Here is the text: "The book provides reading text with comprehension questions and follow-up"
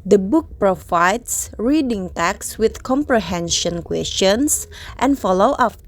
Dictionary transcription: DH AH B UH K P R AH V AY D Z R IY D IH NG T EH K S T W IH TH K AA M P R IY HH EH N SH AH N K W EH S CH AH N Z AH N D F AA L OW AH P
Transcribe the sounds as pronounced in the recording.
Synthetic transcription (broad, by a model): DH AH B UH K P R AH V AY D S R IY D IH NG T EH K S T W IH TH K AA M P R IY HH EH N SH AH N K W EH S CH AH N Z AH N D F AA L OW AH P